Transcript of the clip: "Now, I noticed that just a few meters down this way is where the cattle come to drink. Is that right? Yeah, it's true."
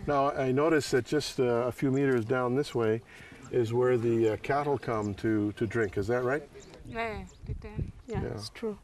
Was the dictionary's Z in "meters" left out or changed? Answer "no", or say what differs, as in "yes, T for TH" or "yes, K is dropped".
no